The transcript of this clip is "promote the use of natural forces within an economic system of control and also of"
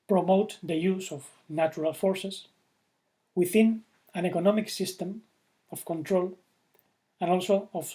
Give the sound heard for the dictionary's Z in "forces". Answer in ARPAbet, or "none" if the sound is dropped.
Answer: S